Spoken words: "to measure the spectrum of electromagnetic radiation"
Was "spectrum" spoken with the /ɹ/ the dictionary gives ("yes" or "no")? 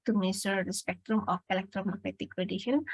yes